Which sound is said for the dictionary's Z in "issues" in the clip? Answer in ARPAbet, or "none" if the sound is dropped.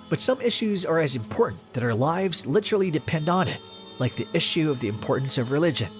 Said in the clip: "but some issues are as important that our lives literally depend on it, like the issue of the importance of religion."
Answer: Z